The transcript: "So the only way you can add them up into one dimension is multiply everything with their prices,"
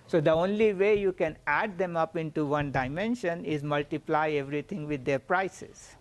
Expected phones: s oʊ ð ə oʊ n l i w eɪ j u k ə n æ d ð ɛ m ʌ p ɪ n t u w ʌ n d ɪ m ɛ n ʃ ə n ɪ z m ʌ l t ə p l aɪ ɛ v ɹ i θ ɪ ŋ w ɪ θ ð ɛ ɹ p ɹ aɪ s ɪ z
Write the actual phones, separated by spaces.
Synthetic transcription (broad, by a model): s oʊ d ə oʊ n l i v eɪ j u k ə n æ d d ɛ m ʌ p ɪ n t u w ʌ n d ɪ m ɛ n ʃ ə n ɪ z m ʌ l t ə p l aɪ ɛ v ɹ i t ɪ ŋ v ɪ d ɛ ɹ p ɹ aɪ s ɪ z